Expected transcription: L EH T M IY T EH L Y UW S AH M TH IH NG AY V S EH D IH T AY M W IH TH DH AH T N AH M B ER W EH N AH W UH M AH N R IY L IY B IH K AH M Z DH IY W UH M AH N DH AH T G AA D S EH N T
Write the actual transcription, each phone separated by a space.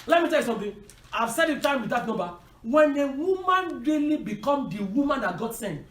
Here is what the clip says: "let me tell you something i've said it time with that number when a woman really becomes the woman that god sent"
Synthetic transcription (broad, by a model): L EH T M IY T EH L Y UW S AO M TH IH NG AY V S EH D IH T AY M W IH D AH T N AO B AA W EH N AH W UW M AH N R IY L IY B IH K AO M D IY W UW M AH N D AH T G AA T S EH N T